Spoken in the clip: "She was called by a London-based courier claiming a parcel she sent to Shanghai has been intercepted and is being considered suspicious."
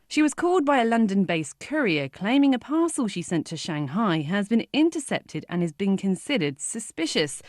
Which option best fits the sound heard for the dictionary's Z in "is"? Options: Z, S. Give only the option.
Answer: Z